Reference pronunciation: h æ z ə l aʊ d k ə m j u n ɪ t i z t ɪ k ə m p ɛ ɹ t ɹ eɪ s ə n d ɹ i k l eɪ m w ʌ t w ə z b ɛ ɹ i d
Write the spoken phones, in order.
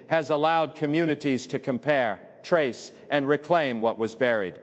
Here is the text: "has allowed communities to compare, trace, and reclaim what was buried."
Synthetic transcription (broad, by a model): h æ z ə l aʊ d k ə m j u n ɪ t i z t ɪ k ə m p ɛ ɹ t ɹ eɪ s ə n ɹ i k l eɪ m w ʌ t w ə z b ɛ ɹ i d